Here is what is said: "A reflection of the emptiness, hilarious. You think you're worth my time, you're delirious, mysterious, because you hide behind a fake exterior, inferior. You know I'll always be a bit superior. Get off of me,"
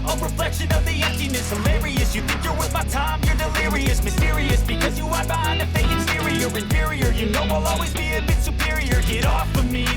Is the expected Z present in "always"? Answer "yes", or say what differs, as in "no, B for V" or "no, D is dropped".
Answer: yes